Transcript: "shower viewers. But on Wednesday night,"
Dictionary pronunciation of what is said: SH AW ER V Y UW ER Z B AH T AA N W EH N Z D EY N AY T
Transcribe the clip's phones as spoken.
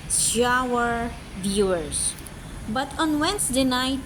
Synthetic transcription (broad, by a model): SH AW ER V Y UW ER S B AH T AA N W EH N S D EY N AY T